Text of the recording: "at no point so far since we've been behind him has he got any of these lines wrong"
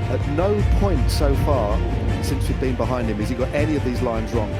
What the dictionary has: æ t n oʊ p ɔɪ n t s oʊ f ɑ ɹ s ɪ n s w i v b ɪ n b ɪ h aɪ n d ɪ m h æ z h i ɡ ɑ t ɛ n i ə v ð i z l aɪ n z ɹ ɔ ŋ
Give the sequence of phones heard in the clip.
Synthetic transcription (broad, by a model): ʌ t n oʊ p ɔɪ n t s oʊ f ɑ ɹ s ɪ n s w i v b ɪ n b ɪ h aɪ n d ɪ m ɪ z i ɡ ɑ t ɛ n i ə v ð i z l aɪ n z ɹ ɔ ŋ